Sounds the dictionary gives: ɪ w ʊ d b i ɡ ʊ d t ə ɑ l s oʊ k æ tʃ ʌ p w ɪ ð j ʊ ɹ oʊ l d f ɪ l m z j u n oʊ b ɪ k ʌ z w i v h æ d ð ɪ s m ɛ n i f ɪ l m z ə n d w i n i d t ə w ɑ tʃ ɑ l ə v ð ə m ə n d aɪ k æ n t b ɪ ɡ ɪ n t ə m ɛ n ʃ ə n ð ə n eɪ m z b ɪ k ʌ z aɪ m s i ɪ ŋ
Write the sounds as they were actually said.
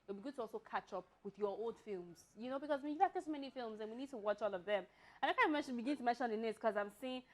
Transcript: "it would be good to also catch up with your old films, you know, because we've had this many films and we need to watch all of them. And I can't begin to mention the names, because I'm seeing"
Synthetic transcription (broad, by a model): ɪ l b i ɡ ʊ d t ə ɑ l s oʊ k æ tʃ ʌ p w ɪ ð j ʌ ɹ oʊ l d f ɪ l m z j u n oʊ b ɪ k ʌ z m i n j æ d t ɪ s m ɛ n i f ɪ l m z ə n w i n i d t ə w ɑ tʃ ɑ l ə v ð ə m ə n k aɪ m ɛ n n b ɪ ɡ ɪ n t ə m ɛ n ʃ ə n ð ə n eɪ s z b k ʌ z aɪ m s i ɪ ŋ